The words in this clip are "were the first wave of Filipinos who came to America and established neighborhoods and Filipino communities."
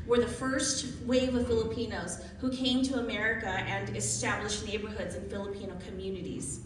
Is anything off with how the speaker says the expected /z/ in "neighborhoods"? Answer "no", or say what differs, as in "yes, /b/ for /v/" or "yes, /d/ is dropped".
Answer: no